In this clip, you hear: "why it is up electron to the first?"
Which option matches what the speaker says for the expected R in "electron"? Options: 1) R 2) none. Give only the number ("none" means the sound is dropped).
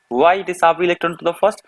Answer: 2